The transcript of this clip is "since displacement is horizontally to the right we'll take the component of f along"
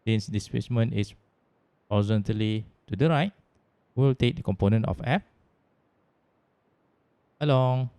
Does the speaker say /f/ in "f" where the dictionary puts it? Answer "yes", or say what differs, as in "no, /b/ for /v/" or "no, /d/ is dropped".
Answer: no, /p/ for /f/